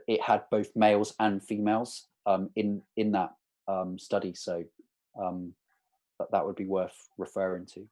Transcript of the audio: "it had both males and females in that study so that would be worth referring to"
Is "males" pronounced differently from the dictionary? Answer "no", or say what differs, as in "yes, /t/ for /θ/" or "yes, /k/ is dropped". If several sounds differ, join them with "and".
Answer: no